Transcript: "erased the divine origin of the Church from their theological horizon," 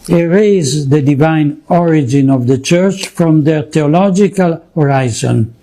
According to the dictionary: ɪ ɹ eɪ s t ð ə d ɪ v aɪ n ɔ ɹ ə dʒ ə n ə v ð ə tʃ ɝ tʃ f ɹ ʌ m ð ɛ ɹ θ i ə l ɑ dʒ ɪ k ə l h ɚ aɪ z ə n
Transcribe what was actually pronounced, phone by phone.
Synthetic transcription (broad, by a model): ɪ ɹ eɪ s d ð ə d ɪ v aɪ n ɔ ɹ ə dʒ ə n ə v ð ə tʃ ɝ tʃ f ɹ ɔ m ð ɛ ɹ t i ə l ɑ dʒ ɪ k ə l h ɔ aɪ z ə n